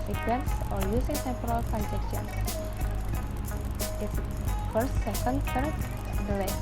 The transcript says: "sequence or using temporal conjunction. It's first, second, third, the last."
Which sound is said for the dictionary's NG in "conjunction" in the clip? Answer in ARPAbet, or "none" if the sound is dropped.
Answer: none